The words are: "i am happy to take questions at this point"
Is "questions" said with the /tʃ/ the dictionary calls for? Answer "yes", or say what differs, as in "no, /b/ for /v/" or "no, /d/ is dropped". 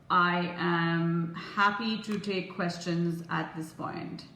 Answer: yes